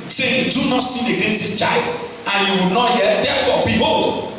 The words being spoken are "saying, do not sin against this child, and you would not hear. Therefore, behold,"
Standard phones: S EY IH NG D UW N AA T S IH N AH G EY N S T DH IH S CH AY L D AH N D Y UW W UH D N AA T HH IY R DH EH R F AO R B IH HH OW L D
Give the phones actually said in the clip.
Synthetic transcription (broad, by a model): S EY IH D UW N AA T S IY AH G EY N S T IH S CH AY L D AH N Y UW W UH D N AA T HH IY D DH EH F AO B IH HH OW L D